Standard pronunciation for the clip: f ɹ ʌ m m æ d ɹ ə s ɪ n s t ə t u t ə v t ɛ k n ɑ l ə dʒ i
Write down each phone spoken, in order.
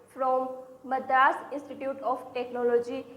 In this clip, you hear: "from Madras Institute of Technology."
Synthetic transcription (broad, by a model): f ɹ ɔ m m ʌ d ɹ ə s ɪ n s t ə t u t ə p t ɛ k n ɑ l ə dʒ i